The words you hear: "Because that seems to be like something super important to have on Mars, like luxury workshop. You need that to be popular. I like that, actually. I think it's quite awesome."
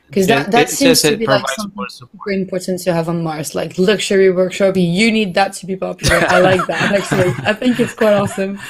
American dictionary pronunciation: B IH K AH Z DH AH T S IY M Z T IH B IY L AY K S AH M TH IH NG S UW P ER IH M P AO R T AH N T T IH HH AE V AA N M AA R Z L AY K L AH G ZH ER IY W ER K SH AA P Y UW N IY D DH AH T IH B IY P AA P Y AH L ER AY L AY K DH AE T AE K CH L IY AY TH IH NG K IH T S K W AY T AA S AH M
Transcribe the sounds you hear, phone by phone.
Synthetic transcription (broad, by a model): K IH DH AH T DH AH T S IY M Z T IH B IY L AY K S AH M TH IH NG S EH IH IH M P AO R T N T T IH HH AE V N M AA R S L AY K L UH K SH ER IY W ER K SH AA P Y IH N IY D DH AH T IH B IY P AA P Y L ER AY L AY K DH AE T AE K CH L IY AY TH IH NG K IH T S K W AY T AA S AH M